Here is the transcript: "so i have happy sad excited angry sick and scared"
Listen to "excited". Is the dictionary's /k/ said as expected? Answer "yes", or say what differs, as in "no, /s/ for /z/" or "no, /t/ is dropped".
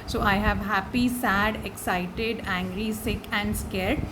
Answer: yes